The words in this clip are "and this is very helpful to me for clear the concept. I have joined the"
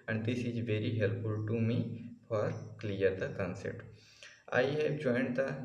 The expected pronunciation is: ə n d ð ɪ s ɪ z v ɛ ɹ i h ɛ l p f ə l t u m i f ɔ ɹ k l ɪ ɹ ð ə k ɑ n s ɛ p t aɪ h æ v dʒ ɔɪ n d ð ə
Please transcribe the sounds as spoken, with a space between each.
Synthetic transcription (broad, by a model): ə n d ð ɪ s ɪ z v ɛ ɹ i h ɛ l p f ə l t u m i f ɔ ɹ k l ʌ ɹ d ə k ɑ n s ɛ t aɪ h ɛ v dʒ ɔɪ n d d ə